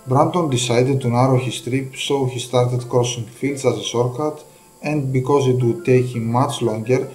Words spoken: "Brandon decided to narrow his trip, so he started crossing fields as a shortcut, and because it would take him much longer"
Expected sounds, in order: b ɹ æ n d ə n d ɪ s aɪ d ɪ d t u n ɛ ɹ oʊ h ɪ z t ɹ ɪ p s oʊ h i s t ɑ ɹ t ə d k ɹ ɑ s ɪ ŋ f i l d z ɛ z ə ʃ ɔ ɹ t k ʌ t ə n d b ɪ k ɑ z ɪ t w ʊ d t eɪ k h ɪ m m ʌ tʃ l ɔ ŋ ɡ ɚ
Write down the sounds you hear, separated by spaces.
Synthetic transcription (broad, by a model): b ɹ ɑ n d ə n d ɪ s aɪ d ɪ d t u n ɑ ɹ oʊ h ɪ s t ɹ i p s oʊ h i s t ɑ ɹ t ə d k ɹ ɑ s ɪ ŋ f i l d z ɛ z ə s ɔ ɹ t k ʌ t ə n d b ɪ k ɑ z ɪ t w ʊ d t eɪ k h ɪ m m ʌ tʃ l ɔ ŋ ɡ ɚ